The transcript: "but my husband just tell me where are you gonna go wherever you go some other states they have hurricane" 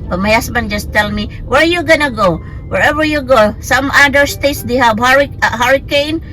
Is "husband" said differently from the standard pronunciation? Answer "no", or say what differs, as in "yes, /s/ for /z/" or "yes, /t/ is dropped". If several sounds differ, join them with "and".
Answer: yes, /s/ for /z/